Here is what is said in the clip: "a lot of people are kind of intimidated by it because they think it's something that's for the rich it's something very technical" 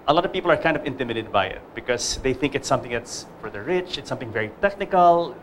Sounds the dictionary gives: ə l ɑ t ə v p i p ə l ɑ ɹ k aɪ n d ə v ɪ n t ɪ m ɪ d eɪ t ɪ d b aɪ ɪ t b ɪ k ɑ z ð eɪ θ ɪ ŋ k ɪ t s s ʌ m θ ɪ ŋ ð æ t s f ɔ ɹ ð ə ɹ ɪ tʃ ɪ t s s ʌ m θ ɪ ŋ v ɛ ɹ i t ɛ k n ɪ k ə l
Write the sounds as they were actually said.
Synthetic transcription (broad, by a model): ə l ɑ t ə v p i p l ɑ ɹ k aɪ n d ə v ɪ n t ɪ m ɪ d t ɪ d b aɪ ɪ t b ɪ k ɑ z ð eɪ θ ɪ ŋ k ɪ t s s ʌ m θ ɪ ŋ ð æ t s f ɔ ɹ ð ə ɹ ɪ tʃ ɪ t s s ʌ m θ ɪ ŋ v ɛ ɹ i t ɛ k n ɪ k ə l